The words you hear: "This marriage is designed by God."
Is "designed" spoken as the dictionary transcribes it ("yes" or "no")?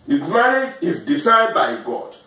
no